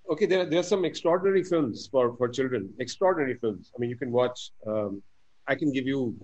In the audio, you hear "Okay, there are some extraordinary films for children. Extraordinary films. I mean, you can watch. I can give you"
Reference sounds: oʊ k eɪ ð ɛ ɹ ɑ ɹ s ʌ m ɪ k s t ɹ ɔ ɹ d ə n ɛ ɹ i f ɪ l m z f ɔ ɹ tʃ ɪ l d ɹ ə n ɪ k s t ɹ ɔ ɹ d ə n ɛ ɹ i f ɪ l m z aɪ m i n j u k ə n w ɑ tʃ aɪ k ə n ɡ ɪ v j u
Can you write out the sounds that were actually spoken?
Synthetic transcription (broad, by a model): oʊ k eɪ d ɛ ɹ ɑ ɹ s ʌ m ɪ k s t ɹ ɔ ɹ d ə n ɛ ɹ i f ɪ l m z f ɔ ɹ tʃ ɪ l d ɹ ə n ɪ k s t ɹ ɔ ɹ d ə n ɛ ɹ i f ɪ l m z aɪ m i n j u k ə n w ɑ tʃ aɪ k ə n ɡ ɪ v j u